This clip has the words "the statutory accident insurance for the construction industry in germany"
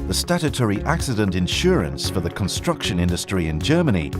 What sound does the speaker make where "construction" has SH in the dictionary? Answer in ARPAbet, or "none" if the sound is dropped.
SH